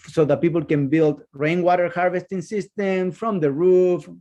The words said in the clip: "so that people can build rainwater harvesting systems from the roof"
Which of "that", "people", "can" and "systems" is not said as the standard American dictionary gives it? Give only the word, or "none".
systems